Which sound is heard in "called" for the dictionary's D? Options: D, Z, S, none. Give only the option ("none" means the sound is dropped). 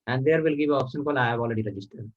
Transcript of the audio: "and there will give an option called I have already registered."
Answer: none